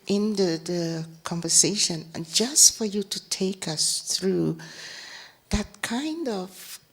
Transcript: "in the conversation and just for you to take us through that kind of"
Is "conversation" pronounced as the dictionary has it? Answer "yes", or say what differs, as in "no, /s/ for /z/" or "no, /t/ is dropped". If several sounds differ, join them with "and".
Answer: no, /ʃ/ is dropped